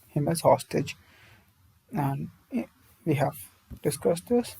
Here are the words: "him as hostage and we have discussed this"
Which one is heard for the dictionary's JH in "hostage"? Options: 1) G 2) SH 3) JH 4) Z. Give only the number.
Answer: 3